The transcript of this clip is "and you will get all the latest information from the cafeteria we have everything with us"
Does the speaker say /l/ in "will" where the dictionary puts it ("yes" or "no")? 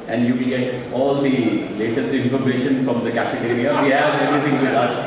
no